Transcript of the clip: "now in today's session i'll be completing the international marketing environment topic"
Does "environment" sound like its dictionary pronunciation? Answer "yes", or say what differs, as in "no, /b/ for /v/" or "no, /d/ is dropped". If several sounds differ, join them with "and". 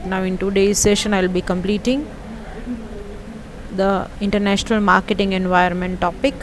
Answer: no, /ɹ/ is dropped